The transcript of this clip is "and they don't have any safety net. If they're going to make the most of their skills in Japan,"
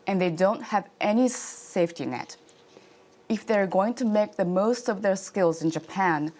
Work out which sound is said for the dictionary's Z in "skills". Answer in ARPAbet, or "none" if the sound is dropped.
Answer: Z